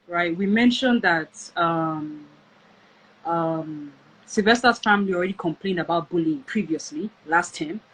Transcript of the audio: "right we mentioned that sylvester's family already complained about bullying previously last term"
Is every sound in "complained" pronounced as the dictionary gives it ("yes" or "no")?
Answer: yes